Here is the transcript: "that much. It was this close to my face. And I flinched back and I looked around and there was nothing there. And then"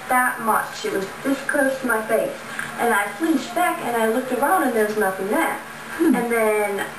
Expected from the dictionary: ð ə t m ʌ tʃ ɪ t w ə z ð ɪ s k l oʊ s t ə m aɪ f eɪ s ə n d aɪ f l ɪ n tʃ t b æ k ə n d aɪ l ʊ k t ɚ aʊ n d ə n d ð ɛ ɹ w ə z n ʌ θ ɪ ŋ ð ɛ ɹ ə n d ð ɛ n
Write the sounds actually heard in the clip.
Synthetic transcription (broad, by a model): ð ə t m ʌ tʃ ɪ t w ə z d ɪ s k oʊ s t m aɪ f eɪ s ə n aɪ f l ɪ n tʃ b æ k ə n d aɪ l ʊ k t ɚ aʊ n d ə n ð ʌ ɹ w ə z n ʌ θ ɪ ŋ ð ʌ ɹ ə n ð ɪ n